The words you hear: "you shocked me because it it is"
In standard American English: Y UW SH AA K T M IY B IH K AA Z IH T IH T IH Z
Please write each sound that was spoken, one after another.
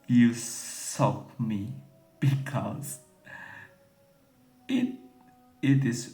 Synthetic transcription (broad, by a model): Y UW S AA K M IY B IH K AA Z IH T IH T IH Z